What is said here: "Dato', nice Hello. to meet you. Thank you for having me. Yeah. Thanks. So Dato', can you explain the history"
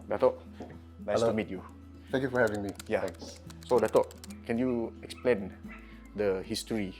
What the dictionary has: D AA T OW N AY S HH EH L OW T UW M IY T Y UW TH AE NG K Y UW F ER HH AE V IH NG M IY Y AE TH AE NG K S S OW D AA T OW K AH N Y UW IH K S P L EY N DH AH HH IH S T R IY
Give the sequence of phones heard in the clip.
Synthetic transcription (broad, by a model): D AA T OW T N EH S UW M IY T Y UW T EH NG K Y UW F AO HH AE V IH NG M IY Y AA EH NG S S OW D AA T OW K AH N Y UW IH K S P L EY N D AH HH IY S T R IY